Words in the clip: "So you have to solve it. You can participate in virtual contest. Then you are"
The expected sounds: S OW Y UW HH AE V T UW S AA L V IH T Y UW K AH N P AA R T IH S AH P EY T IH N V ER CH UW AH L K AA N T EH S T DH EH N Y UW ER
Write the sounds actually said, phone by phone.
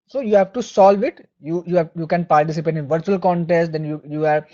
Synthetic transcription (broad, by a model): S OW Y UW HH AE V T UW S AA L V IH T Y UW K AH N P AA R T IH S AH P EY T IH N V ER CH UW AH L K AA N T EH S T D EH N Y UW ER